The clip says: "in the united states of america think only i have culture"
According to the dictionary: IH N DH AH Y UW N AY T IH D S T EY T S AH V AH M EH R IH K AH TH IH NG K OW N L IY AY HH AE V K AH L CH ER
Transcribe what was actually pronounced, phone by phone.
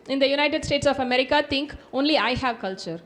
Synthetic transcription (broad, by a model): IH N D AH Y UW N AY T IH D S T EY T S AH F AH M EH R IH K AH T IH NG K OW N L IY AY HH AE V K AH L CH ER